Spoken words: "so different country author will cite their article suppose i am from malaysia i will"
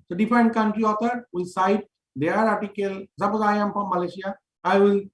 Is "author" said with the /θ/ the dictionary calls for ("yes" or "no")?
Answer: no